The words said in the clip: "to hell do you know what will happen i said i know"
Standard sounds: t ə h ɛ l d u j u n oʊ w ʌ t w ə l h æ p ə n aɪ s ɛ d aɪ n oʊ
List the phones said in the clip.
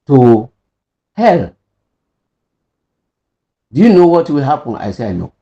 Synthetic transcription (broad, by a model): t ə h ɛ l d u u n oʊ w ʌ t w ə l h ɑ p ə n aɪ s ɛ aɪ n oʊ